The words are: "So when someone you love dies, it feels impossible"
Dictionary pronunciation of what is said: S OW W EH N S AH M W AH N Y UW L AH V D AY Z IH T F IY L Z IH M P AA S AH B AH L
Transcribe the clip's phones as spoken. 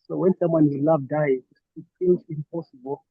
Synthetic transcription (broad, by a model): S OW W EH N S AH M W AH N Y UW L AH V D AY IH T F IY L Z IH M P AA S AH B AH L